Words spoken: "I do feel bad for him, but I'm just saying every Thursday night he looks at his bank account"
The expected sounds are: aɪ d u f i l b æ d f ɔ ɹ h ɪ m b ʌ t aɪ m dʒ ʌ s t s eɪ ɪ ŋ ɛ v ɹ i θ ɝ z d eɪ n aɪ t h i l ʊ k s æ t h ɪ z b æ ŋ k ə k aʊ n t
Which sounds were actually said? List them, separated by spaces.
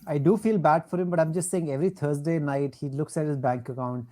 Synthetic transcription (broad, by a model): aɪ d u f i l b æ d f ɔ ɹ h ɪ m b ʌ t aɪ m dʒ ʌ s t s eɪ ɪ ŋ ɛ v ɹ i t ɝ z d eɪ n aɪ t h i l ʊ k s æ t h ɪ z b æ ŋ k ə k aʊ n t